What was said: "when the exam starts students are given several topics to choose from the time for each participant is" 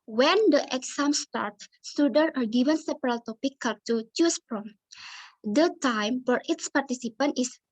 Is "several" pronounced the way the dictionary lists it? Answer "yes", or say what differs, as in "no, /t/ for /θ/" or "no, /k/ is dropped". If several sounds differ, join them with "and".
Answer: no, /p/ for /v/